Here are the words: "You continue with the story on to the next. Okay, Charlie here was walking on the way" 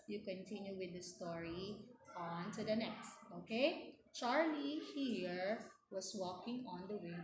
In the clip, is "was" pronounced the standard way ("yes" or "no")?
no